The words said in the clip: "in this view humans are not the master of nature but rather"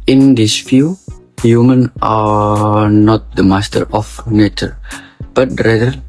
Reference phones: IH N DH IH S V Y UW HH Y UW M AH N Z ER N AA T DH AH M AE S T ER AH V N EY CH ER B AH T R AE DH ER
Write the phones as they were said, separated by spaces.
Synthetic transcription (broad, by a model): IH N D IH S F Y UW HH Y UW M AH N AA N AA T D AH M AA S T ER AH F N EY CH ER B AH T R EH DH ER